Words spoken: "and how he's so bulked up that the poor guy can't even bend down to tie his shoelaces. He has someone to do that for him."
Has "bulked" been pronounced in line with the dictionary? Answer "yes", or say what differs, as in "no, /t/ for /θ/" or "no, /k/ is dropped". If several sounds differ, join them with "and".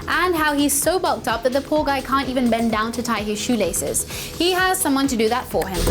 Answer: yes